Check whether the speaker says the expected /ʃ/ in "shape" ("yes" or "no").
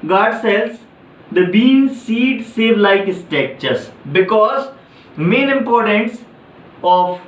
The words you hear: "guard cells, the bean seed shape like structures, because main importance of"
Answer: no